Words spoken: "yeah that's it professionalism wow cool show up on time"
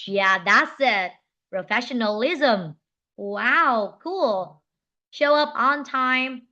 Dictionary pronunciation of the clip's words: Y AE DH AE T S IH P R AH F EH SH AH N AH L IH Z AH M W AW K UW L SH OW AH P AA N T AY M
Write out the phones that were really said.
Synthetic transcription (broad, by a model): Y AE DH AE T S IH P R AH F EH SH AH N AH L IH Z AH M W AW K UW L SH OW AH P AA N T AY M